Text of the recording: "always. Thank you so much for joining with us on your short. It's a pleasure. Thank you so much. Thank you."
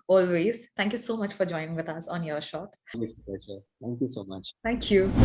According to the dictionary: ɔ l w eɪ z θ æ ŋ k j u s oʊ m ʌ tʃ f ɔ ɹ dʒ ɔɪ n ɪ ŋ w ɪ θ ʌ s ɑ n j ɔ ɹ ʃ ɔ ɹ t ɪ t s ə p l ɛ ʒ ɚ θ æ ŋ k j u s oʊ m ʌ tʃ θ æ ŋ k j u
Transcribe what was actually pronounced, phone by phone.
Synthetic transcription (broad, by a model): ɔ l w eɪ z t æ ŋ k j u s oʊ m ʌ tʃ f ɔ ɹ dʒ ɔɪ n ɪ ŋ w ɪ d ʌ s ɑ n j ɔ ɹ ʃ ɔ t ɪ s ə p ɛ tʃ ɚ t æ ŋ k j u s oʊ m ʌ tʃ t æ ŋ k j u